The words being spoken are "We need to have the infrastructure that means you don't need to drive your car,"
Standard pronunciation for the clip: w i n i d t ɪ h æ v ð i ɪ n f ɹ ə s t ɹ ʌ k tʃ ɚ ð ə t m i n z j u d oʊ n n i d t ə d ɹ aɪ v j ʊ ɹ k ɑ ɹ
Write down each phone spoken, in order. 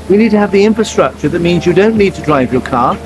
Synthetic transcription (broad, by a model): w i n i d t ɪ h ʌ v ð i ɪ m f ɹ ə s t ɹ ʌ k tʃ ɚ ð ə t m i n z j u d oʊ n n i d t ə d ɹ aɪ v j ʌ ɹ k ɑ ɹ